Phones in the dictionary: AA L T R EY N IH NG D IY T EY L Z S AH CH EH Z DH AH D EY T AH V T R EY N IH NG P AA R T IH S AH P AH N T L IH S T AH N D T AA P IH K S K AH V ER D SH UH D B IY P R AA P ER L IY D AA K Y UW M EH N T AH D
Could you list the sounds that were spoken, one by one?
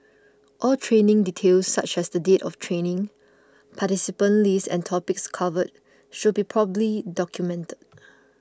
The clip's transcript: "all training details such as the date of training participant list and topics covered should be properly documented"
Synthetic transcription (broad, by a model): AA L T R EY N IH NG D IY T EY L S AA CH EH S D AH D EY T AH F T R EY N IH NG P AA T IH S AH P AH N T L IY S AH N T AA P IH K S K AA V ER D SH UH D B IY P R AA B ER L IY D AA K Y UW M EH N T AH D